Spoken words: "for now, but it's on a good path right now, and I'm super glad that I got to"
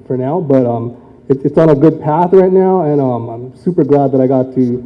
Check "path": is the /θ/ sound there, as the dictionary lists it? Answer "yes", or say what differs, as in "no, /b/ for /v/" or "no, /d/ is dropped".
yes